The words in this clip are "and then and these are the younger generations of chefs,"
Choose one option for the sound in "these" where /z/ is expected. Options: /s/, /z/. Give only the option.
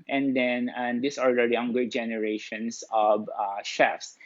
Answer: /s/